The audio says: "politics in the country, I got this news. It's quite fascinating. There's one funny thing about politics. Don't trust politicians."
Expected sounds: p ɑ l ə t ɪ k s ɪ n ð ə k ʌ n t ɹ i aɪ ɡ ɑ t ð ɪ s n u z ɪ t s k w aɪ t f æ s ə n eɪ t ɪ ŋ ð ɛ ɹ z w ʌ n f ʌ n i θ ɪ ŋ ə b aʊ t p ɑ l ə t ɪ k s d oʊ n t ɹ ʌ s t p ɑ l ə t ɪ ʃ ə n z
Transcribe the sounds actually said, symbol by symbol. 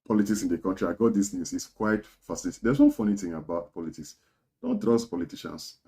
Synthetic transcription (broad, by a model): p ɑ l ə t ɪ k s ɪ n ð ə k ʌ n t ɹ i aɪ ɡ ɑ t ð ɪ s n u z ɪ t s k w aɪ t f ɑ s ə l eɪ t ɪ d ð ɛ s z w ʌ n f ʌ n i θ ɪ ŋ ə b aʊ t p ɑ l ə t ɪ k s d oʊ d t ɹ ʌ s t p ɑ l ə t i ʃ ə n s